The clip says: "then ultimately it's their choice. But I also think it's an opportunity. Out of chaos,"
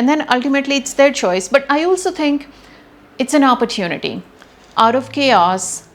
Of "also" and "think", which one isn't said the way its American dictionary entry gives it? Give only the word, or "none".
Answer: think